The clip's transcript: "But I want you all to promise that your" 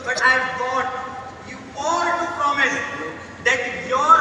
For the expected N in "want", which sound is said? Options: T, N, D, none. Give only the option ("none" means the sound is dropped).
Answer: none